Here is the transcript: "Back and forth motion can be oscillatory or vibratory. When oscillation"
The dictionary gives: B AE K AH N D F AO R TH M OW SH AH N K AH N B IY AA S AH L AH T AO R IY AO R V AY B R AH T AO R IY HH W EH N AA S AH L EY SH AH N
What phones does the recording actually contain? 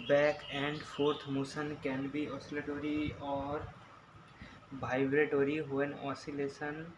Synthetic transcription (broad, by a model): B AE K AH N D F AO R T M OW S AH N K AH N B IY AA S AH L AH T AO R IY AO R B AY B R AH T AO R IY HH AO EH N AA S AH L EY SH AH N